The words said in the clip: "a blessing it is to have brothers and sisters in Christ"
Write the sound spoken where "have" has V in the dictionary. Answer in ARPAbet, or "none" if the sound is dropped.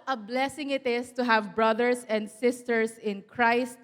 V